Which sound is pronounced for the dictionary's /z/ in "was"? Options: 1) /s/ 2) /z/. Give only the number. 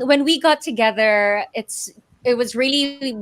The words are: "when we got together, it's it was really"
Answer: 2